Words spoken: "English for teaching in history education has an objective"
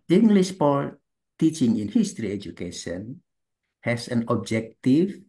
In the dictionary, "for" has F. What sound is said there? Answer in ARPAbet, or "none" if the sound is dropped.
P